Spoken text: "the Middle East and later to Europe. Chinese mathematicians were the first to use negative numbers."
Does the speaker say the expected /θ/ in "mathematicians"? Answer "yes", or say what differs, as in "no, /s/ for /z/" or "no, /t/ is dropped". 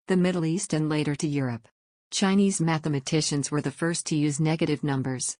yes